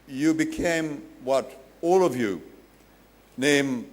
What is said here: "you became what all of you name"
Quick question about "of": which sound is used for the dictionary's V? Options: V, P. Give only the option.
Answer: V